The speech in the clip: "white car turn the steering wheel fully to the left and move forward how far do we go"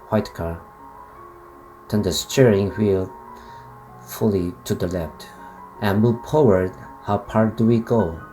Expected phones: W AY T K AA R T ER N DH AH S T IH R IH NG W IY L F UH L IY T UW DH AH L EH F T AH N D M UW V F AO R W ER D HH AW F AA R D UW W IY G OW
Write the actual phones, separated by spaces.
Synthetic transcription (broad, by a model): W AY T K AA R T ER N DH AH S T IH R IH NG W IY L F UH L IY T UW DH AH L EH F T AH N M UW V P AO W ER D HH AW P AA R D UW W IY G OW